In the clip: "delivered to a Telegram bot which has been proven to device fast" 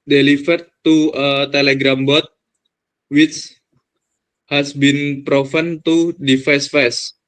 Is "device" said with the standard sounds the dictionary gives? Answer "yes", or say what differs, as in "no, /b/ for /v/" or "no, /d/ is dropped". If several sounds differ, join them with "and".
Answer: no, /f/ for /v/